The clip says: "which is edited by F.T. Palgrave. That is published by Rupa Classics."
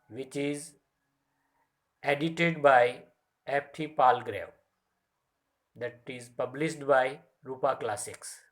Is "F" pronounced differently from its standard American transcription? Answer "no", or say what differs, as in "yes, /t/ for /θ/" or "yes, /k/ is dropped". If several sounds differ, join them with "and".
yes, /p/ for /f/